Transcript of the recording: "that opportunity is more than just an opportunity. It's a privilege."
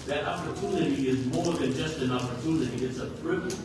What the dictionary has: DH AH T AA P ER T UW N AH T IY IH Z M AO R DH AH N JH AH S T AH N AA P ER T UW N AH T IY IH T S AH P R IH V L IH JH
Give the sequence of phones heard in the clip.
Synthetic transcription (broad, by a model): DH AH T AA P ER T UW N AH T IY IH Z M AO R DH AH N JH AH S T AH N AA P ER T UW N AH T IY IH T S AH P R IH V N